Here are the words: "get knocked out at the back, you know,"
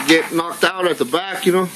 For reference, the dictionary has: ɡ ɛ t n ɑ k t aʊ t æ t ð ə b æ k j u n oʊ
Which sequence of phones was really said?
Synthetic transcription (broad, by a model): ɡ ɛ t n ɑ k t aʊ t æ t ð ə b æ k j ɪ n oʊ